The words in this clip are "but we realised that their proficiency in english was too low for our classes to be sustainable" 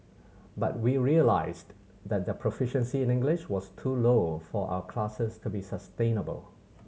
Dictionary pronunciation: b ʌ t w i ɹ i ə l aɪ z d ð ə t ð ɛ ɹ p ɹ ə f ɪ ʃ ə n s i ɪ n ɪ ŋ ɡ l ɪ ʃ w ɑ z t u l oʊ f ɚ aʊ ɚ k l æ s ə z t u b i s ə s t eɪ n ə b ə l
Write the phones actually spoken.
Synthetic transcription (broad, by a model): b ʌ t w i ɹ i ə l aɪ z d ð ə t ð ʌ p ɹ ə f ɪ ʃ ə n s i ɪ n ɪ ŋ ɡ l ɪ ʃ w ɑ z t u l oʊ f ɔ aʊ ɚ k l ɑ s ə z t u b i s ə s t eɪ n ə b ə l